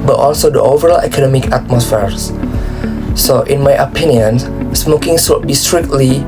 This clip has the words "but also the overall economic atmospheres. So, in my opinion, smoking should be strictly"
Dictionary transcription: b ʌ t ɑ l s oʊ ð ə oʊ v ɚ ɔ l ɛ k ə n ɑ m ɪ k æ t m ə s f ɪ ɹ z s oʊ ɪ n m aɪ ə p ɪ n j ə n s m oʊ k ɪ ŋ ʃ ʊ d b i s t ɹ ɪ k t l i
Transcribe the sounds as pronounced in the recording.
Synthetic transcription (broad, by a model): b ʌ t ɑ l s oʊ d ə oʊ v ɚ ɔ l ɛ k ə n ɑ m ɪ k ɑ t m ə s f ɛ ɹ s s oʊ ɪ n m aɪ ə p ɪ n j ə n s m oʊ k ɪ ŋ s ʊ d b i s t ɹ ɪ k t l i